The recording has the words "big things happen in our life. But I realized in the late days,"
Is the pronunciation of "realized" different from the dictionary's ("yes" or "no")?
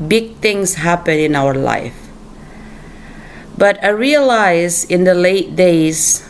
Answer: yes